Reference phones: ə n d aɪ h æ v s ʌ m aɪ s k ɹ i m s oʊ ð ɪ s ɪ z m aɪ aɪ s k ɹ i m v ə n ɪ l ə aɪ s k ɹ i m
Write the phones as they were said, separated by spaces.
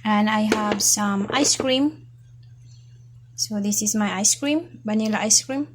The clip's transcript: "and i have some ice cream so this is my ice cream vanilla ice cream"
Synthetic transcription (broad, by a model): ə n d aɪ h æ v s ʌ m aɪ s k ɹ i m s oʊ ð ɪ s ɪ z m aɪ aɪ s k ɹ i m b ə n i l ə aɪ s k ɹ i m